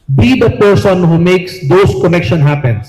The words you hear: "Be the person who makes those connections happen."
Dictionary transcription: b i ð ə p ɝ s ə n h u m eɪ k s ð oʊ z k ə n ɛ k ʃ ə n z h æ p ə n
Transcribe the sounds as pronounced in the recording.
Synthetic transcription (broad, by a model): b i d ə p ɝ s ə n h u m eɪ k s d oʊ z k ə n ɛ k ʃ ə n h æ p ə n